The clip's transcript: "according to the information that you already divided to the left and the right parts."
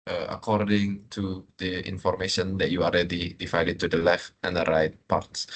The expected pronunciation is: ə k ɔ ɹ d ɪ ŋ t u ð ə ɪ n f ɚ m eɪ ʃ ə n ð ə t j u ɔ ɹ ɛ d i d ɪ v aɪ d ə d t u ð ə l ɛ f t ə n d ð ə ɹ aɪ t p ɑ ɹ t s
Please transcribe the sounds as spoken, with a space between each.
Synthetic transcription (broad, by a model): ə k ɔ ɹ d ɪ ŋ t u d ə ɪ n f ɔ m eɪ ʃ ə n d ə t j u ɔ l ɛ d i d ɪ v aɪ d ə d t u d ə l ɛ f t ə n d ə ɹ aɪ t p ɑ ɹ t s